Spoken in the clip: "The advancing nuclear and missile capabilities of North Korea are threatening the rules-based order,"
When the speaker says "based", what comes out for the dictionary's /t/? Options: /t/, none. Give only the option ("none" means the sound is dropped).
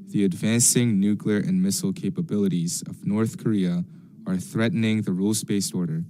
none